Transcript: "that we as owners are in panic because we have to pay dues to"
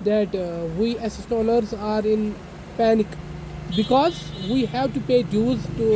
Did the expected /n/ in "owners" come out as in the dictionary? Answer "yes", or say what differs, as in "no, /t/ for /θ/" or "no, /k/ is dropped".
no, /l/ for /n/